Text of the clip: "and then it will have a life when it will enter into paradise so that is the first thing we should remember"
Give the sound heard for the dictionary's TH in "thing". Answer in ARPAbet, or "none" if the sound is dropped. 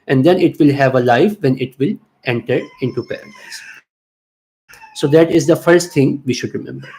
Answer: T